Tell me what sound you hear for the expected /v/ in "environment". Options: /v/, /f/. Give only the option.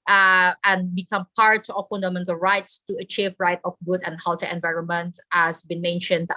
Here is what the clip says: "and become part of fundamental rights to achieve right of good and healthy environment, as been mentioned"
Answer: /v/